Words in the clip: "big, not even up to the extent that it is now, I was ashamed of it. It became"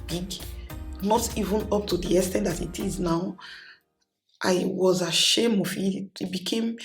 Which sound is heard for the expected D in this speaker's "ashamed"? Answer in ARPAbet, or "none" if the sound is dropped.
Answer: none